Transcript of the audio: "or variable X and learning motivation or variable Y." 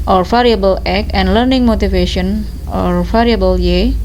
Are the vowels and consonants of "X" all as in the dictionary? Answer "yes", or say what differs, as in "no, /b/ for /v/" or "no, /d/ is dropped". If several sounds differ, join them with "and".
no, /s/ is dropped